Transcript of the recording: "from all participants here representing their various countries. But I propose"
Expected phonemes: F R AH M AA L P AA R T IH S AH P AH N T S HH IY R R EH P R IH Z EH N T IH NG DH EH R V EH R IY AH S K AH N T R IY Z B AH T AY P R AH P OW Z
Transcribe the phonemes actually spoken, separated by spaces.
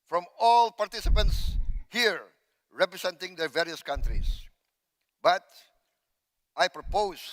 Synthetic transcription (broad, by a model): F R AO M AA L P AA R T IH S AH P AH N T S HH IY R R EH P R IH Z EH N T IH NG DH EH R V EH R IY AH S K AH N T R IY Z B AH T AY P R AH P OW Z